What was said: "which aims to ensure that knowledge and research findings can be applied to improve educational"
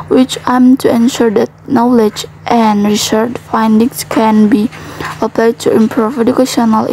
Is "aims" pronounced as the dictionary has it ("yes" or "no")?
no